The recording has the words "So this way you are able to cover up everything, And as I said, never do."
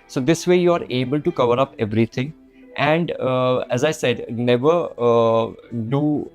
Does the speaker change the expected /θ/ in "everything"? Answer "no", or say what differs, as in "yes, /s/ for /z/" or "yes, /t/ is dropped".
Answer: yes, /t/ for /θ/